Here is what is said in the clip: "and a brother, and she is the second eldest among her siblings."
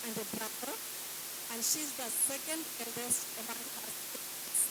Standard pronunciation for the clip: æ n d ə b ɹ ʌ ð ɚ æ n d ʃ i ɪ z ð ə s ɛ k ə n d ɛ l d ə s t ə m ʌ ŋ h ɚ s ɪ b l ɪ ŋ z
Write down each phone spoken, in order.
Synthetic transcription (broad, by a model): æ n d ə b ɹ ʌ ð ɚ æ n d ʃ i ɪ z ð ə s ɛ k ə n d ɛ l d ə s ə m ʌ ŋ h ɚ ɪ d